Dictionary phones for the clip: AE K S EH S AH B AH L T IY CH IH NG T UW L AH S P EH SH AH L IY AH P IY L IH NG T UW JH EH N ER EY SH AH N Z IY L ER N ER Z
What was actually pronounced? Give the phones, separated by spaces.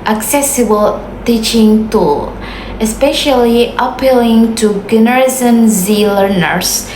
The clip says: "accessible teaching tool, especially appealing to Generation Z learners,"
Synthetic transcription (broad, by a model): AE K S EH S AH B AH L T IY CH IH NG T UW L AH S P EH SH AH L IY AH P IY L IH NG T UW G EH N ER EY S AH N Z IY L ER N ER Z